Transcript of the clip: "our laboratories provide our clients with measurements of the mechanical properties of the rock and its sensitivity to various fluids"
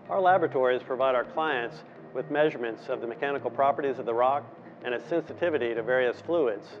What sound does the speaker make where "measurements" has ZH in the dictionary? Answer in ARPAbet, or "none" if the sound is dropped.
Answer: ZH